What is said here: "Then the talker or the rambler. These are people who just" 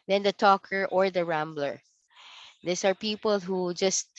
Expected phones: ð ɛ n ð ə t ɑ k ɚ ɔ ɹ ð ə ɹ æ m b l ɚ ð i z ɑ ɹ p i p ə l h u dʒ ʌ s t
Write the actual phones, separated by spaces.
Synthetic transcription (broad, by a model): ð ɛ n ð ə t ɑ k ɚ ɔ ɹ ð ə ɹ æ m b l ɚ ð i s ɑ ɹ p i p ə l h u dʒ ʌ s t